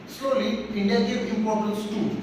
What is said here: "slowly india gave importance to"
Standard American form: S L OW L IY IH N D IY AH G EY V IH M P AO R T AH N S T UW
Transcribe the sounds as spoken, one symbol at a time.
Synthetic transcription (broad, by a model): S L OW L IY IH N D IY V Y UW IH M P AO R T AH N S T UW